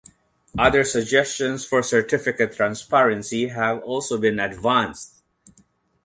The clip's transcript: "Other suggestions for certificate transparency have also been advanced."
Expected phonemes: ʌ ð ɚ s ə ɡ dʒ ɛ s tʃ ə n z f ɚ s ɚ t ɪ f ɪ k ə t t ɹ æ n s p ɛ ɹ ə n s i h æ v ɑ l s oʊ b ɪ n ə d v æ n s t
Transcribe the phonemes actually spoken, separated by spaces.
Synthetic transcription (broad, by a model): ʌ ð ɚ s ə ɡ dʒ ɛ s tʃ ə n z f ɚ s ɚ t ɪ f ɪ k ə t t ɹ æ n s p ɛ ɹ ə n s i h æ v ɑ l s oʊ b ɪ n ə d v æ n s t